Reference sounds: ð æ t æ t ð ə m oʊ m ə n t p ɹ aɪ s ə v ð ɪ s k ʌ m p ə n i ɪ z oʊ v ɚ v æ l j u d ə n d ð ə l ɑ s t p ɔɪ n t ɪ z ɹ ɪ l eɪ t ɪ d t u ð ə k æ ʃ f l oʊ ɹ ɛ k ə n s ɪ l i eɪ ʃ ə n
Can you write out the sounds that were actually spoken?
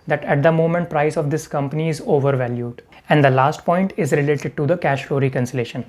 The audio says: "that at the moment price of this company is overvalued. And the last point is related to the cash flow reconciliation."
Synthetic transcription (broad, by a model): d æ t æ t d ə m oʊ m ə n t p ɹ aɪ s ə v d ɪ s k ʌ m p ə n i ɪ z oʊ v ɚ v æ l j u d ə n d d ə l ɑ s t p ɔɪ n t ɪ z ɹ ɪ l eɪ t ɪ d t u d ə k æ ʃ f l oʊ ɹ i k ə n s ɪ l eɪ ʃ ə n